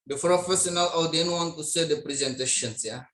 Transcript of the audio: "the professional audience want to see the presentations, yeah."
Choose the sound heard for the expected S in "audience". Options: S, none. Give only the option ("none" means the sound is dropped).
none